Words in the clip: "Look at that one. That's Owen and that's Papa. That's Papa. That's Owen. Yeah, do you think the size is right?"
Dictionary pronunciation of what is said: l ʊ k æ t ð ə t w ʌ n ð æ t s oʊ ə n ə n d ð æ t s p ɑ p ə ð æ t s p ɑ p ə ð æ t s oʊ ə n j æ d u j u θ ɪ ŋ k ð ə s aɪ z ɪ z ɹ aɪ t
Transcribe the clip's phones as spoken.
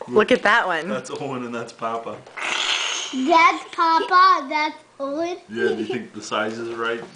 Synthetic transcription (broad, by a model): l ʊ k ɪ t ð ə t w ʌ n ð æ t s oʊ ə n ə n ð æ t s p ɑ p ə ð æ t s p ɑ p ə ð æ t s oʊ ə l j æ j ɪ θ ɪ ŋ k ð ə s aɪ z ɪ z ɹ aɪ t